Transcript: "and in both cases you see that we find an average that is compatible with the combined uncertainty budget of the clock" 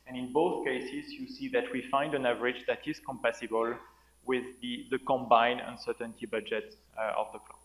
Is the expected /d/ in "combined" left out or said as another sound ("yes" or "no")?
yes